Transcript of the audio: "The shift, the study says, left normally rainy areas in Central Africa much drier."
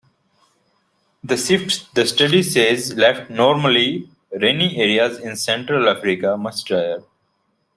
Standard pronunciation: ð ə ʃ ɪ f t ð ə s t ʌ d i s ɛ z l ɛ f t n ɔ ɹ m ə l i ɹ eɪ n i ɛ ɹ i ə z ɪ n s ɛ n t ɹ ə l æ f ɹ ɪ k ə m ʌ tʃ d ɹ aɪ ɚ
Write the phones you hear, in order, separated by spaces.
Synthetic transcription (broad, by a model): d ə s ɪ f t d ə s t ʌ d i s ɛ z l ɛ f t n ɔ ɹ m ə l i ɹ eɪ n i ɛ ɹ i ə z ɪ n s ɛ n t ɹ ə l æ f ɹ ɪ k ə m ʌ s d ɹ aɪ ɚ